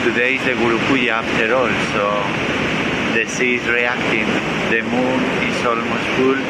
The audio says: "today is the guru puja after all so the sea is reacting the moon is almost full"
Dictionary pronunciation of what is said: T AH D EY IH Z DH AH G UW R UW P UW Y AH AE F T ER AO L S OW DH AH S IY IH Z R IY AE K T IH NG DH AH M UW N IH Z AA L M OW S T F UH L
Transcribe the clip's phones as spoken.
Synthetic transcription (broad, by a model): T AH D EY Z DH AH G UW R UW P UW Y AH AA P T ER AO L S OW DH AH S IY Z R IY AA K T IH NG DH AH M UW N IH S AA L M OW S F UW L